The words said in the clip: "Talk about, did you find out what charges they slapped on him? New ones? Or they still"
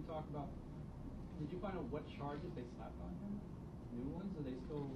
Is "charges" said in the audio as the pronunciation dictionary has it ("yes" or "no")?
yes